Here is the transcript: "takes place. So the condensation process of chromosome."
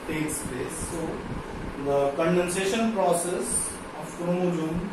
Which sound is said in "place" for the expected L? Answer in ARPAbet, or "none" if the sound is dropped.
none